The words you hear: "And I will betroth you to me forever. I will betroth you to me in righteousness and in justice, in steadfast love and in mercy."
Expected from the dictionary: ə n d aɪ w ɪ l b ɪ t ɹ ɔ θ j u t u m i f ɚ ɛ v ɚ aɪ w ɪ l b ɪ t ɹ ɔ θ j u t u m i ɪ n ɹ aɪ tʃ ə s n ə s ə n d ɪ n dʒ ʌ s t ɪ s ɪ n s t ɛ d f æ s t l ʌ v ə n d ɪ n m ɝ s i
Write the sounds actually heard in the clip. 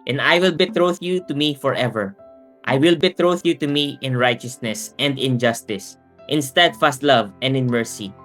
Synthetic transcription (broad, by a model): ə n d aɪ w ɪ l b ɪ t ɹ ɔ θ j u t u m i f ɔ ɛ v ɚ aɪ w ɪ l b ɪ t ɹ ɔ θ j u t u m i ɪ n ɹ aɪ tʃ ə s n ə s ə n d ɪ n dʒ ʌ s t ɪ s ɪ n s t ɛ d f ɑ s t l ʌ v ə n d ɪ n m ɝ s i